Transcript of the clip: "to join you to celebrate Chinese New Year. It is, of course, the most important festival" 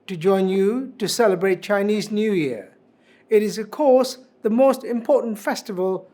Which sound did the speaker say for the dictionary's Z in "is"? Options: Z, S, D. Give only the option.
Z